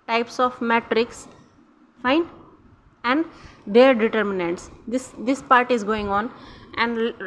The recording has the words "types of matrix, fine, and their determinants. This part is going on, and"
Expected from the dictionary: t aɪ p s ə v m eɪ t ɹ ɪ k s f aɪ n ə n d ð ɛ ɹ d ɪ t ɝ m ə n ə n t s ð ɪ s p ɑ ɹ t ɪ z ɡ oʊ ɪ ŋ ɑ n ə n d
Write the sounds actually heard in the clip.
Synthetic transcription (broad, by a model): t aɪ p s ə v m eɪ t ɹ ɪ k s f aɪ n ə n d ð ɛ ɹ d ɪ t ɝ m ə n ə n t s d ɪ s p ɑ ɹ t ɪ z ɡ oʊ ɪ ŋ ɑ n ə n d